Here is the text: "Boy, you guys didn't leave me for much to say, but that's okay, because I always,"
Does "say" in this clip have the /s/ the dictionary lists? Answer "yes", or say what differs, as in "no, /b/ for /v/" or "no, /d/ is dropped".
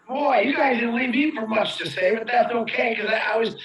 yes